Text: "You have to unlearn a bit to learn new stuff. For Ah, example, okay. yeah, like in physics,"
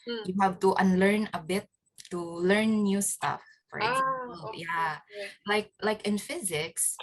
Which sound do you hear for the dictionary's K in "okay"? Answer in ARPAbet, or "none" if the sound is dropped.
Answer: none